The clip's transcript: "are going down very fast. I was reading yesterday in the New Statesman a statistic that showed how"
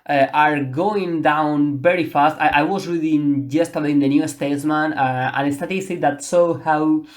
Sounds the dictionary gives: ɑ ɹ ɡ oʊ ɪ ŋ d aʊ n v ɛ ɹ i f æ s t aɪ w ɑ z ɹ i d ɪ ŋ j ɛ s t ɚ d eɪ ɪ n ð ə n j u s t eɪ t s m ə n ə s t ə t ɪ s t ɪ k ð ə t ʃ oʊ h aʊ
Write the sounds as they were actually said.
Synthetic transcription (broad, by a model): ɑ ɹ ɡ oʊ ɪ ŋ d aʊ n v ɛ ɹ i f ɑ s t aɪ w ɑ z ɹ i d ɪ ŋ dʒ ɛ s t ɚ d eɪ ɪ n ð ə n j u s t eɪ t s m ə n ə s t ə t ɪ s t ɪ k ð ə t s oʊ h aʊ